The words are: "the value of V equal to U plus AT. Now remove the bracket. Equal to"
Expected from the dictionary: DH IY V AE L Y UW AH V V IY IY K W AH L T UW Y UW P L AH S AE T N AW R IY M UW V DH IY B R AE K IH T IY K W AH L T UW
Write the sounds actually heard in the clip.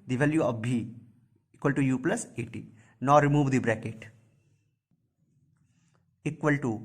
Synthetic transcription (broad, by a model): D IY V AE L Y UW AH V B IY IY K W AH L T UW Y UW P L AH S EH T N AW R IY M UW V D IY B R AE K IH T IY K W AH L T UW